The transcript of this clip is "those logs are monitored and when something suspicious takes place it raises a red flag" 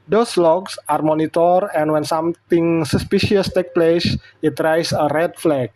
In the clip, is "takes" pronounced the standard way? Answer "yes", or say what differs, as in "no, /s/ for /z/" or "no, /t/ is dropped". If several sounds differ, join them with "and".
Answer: no, /s/ is dropped